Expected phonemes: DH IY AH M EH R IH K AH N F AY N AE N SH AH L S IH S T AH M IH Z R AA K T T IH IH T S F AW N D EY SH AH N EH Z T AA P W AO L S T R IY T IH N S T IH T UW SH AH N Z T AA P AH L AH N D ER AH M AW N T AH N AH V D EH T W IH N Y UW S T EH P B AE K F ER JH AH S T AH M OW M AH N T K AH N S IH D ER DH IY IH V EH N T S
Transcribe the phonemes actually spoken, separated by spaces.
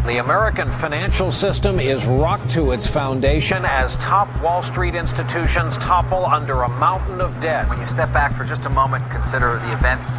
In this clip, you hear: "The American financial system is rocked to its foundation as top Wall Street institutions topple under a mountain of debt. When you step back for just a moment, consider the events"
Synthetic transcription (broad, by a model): DH IY AH M EH R IH K AH N F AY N AE N SH L S IH S T AH M IH Z R AA K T T IH IH T S F AW N D EY SH AH N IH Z T AA P W AO L S T R IY T IH N S T IH T UW SH AH N Z T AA P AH L AH N D ER AH M AW N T N AH V D EH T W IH N Y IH S T EH P B AE K F ER JH AH S T AH M OW M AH N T K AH N S IH D ER DH IY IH V EH N T S